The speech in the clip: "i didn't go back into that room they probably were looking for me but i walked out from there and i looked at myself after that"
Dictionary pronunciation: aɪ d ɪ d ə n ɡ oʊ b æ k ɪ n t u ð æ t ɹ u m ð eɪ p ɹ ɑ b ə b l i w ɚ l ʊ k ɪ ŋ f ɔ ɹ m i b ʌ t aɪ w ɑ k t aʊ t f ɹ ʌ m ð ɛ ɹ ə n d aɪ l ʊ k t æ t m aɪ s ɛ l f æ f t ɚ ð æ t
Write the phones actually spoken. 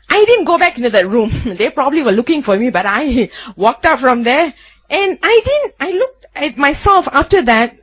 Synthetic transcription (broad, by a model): aɪ d ɪ d ə n ɡ oʊ b æ k ɪ n t u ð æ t ɹ u m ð eɪ p ɹ ɑ b ə b l i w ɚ l ʊ k ɪ ŋ f ɔ ɹ m i b ʌ t aɪ w ɑ k t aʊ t f ɹ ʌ m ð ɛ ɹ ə n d aɪ l ʊ k t æ t m aɪ s ɛ l f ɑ f t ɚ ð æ t